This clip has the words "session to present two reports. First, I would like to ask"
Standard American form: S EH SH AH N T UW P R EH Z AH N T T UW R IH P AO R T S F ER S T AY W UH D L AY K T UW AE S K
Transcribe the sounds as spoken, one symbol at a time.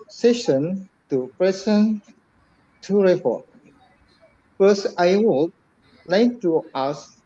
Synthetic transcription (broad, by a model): S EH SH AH N T UW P R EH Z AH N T T UW R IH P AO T F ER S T AY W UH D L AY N T UW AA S